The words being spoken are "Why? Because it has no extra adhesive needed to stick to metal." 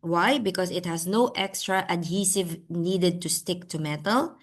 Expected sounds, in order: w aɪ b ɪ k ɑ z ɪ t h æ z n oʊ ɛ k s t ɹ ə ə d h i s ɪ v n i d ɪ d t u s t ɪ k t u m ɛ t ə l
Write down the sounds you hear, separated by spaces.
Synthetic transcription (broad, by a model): w aɪ b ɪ k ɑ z ɪ t h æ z n oʊ ɛ k s t ɹ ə ə d h i s ɪ v n i d ɪ d t u s t ɪ k t u m ɛ t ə l